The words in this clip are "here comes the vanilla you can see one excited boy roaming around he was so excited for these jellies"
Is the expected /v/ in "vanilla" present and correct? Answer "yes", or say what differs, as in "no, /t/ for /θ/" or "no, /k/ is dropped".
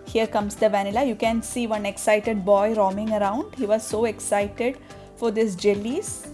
yes